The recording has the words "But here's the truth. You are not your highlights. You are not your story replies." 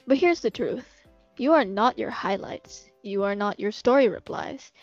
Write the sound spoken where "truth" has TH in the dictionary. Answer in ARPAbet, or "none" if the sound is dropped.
TH